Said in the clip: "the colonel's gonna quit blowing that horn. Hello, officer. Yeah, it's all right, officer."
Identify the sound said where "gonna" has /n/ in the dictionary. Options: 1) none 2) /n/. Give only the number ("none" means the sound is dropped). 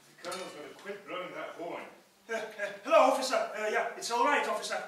1